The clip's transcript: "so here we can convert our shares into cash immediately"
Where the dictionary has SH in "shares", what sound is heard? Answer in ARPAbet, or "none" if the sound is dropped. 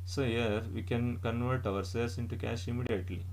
S